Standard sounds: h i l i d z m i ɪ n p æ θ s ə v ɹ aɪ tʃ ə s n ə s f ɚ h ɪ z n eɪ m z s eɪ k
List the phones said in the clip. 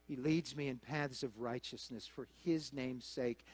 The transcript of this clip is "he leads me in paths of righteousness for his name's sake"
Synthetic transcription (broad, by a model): h i l i d z m i ɪ n p æ θ s ə v ɹ aɪ tʃ ə s n ə s f ɚ ɪ z n eɪ m s eɪ k